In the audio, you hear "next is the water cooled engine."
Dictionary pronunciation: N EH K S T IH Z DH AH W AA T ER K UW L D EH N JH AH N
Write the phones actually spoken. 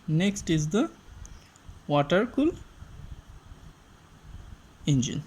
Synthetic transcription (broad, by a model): N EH K S T IH Z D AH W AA T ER K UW L EH N JH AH N